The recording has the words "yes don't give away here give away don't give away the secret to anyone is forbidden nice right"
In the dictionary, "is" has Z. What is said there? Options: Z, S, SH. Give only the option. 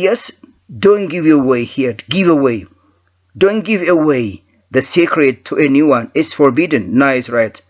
S